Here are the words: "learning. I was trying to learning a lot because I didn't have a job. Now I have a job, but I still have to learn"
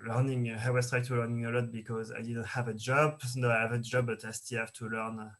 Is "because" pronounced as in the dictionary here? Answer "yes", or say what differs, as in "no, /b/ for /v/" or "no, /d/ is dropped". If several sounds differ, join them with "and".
yes